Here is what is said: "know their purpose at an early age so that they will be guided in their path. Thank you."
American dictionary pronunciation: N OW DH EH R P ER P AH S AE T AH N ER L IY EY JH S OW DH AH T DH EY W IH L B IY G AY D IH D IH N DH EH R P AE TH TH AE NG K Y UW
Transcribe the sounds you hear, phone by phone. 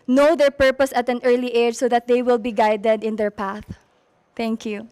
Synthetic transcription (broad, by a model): N OW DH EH R P ER P AH S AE T AH N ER L IY EY JH S OW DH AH T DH EY W IH L B IY G AY D IH D IH N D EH R P AE TH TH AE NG K Y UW